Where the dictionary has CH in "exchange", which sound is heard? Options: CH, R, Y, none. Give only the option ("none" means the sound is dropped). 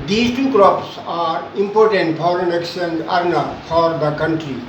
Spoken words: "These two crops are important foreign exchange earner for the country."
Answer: none